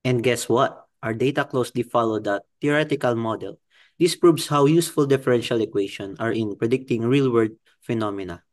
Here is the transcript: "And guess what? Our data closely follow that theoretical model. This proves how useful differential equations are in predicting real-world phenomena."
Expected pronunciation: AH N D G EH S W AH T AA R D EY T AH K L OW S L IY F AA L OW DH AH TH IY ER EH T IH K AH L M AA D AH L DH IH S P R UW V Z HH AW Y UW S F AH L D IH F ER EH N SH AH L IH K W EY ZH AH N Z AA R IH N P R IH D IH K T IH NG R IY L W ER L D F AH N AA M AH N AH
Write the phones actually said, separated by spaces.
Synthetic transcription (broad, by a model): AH N D G EH S W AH T AA R D EY T AH K L OW S L IY F AA L OW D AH T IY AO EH T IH K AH L M AA D AH L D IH S P R UW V S HH AW Y UW S F AH L D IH F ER EH N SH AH L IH K W EY SH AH N AA R IH N P R IH D IH K T IH NG R IY L W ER D F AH N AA M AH N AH